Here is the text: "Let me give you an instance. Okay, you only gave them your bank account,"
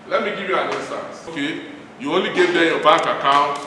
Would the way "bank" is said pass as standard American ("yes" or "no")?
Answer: no